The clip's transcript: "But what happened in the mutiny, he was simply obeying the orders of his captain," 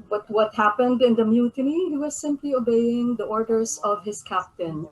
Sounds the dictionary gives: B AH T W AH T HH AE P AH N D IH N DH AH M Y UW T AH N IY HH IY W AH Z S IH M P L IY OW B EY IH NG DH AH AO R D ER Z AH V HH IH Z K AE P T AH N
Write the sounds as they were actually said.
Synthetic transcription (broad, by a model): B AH T W AH T HH AE P AH N D IH N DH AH M Y UW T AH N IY HH IY W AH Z S IH M P L IY OW B EY IH NG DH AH AO R D ER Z AH V HH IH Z K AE P T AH N